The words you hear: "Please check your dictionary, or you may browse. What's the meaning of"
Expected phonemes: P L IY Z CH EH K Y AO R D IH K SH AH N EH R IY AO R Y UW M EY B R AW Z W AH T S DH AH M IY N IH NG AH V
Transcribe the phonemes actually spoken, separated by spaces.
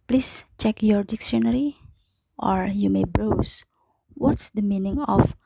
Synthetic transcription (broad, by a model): P L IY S CH EH K Y AO R D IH K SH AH N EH R IY AO R Y UW M EY B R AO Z W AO T S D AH M IY N IH NG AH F